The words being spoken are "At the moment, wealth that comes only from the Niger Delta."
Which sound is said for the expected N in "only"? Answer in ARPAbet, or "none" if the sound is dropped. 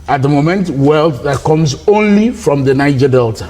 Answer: N